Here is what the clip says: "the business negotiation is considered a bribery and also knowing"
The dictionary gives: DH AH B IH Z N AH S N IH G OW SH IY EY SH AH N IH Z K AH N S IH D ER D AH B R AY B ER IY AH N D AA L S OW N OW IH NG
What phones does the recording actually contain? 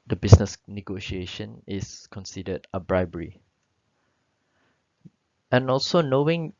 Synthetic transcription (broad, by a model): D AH B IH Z N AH S N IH G OW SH IY EY SH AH N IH S K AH N S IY D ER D AH B R AY B ER IY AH N AA L S OW N OW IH NG